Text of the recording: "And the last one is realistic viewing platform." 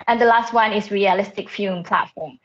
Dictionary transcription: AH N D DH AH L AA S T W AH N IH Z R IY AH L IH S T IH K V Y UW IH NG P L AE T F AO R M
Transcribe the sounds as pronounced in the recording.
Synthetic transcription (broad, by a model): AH N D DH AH L AA S T W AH N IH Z R IY AH L IH S T IH K F Y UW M P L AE T F AO M